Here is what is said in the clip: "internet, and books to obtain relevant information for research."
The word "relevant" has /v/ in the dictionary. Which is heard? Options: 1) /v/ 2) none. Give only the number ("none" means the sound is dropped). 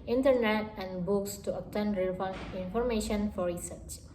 2